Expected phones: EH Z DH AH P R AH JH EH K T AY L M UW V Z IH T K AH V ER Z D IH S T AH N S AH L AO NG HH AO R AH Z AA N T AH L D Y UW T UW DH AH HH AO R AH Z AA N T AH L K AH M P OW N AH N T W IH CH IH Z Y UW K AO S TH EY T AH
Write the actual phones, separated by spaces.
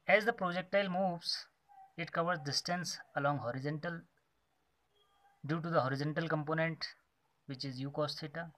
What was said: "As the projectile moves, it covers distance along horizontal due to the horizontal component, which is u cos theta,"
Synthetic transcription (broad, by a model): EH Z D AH P R AH JH EH K T AY L M UW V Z IH T K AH V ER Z D IH S T AH N S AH L AO NG HH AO R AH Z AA N T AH L D Y UW T UW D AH HH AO R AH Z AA N T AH L K AH M P OW N AH N T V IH CH IH Z Y UW K AO S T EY T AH